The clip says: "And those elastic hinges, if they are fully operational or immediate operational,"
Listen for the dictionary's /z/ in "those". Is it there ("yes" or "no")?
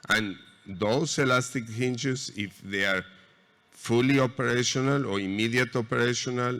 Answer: no